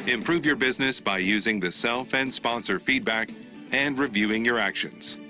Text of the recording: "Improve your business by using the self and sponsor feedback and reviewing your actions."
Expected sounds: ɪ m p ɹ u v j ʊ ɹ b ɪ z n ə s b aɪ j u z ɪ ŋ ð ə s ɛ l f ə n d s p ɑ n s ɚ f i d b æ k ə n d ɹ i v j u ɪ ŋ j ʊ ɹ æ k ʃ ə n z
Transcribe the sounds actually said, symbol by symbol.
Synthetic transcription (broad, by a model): ɪ m p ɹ u v j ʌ ɹ b ɪ z n ə s b aɪ j u z ɪ ŋ ð ə s ɛ l f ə n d s p ɑ n s ɚ f i d b æ k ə n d ɹ i v j u ɪ ŋ j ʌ ɹ æ k ʃ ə n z